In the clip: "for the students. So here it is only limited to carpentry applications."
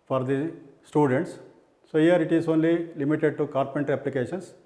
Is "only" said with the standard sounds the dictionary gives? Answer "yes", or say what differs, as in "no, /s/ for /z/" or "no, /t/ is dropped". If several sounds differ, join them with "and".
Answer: yes